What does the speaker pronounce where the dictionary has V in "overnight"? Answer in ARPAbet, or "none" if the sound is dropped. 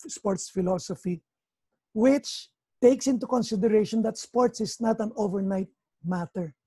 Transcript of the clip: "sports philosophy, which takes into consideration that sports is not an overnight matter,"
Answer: V